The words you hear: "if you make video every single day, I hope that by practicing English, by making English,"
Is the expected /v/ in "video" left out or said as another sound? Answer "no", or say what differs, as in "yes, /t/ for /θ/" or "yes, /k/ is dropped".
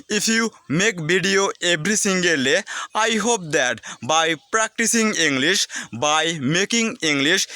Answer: yes, /b/ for /v/